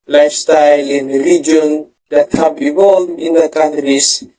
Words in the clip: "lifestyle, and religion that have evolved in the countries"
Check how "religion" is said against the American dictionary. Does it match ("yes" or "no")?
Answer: no